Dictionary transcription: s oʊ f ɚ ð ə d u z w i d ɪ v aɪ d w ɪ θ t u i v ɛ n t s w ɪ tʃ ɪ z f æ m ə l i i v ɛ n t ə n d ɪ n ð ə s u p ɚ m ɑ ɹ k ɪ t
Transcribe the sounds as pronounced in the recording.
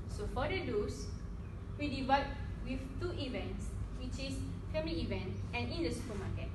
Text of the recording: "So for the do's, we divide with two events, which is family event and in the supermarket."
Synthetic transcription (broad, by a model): s oʊ f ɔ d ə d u s w i d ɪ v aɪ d w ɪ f t u i v ɛ n t s w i tʃ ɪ s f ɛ m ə l i i v ɛ n t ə n ɪ n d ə s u p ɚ m ɑ k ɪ t